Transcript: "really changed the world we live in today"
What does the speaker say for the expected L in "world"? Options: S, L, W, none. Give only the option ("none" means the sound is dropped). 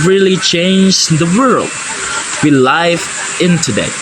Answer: L